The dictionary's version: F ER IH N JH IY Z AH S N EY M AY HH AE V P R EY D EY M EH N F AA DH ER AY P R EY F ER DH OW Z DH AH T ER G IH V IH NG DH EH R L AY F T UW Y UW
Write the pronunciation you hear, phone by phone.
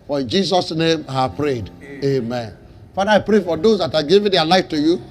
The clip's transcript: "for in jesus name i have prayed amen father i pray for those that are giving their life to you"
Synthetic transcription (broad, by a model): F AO IH N JH IY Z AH S N EY M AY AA P R EY D EY M EH N F AA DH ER AY P R EY F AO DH OW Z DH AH T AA G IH V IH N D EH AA L AY F T UW Y UW